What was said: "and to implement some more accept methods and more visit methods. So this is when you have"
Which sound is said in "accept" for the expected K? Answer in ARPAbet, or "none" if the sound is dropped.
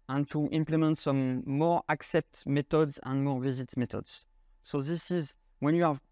K